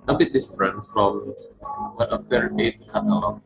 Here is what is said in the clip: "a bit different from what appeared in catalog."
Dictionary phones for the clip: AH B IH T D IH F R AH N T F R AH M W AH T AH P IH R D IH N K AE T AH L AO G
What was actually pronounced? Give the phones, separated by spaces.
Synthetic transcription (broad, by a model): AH B IH T D IH F R AH N T F R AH M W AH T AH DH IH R IH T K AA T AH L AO